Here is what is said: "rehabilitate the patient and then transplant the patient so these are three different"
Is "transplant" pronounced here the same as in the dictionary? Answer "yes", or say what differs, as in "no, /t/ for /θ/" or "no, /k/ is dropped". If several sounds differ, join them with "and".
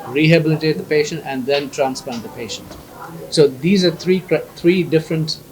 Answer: no, /l/ is dropped